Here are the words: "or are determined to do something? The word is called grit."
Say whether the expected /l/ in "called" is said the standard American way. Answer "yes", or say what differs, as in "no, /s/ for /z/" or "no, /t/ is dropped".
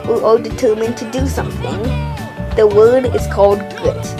yes